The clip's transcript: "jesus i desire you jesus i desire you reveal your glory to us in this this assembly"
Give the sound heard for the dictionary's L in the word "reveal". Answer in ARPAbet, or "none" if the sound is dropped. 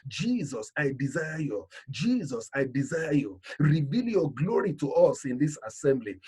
L